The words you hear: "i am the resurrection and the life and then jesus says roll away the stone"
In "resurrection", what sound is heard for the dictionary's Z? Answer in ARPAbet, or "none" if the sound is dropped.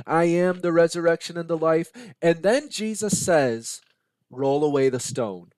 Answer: Z